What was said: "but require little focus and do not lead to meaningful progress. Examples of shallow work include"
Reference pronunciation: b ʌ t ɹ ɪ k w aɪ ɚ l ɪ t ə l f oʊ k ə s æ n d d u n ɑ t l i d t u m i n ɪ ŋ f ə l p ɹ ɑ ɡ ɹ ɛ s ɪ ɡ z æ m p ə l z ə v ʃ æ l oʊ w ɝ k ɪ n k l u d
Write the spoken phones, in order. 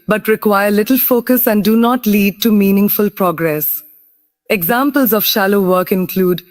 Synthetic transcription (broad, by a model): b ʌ t ɹ ɪ k w aɪ ɚ l ɪ t ə l f oʊ k ə s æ n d d u n ɑ t l i d t u m i n ɪ ŋ f ə l p ɹ ɑ ɡ ɹ ɛ s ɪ ɡ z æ m p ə l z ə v ʃ æ l oʊ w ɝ k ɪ n k l u d